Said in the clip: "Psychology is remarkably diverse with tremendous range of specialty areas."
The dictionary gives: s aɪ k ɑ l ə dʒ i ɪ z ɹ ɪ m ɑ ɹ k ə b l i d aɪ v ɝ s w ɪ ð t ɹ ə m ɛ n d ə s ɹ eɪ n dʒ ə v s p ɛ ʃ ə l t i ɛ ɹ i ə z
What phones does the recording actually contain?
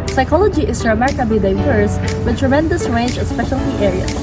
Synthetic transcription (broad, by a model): s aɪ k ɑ l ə dʒ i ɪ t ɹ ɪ m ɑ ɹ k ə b i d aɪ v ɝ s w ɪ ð t ɹ ə m ɛ n d ə s ɹ eɪ n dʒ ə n s p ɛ ʃ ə l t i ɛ ɹ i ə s